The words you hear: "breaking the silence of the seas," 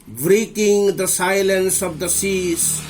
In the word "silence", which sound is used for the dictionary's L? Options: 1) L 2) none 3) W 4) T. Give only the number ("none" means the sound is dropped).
1